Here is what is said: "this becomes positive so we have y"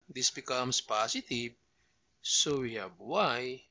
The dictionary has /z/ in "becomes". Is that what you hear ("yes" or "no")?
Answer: no